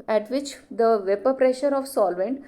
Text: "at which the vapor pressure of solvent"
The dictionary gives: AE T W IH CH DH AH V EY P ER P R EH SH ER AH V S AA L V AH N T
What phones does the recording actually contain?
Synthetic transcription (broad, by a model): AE T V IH CH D AH V EY P ER P R EH SH ER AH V S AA L V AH N T